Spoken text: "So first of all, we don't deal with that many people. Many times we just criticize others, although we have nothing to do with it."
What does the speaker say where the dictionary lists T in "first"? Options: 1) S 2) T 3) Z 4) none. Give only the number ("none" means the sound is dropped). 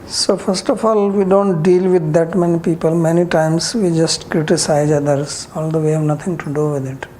2